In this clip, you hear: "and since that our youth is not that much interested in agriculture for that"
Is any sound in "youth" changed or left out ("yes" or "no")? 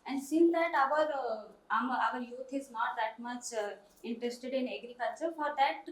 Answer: yes